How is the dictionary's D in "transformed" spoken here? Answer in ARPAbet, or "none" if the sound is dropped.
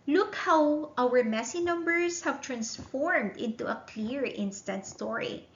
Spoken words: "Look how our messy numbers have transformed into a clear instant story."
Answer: D